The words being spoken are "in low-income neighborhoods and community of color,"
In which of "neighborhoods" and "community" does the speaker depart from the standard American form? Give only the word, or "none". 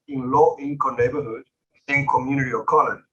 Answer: neighborhoods